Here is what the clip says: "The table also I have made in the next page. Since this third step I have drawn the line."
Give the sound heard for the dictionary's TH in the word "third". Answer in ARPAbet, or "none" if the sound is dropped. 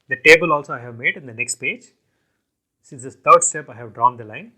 T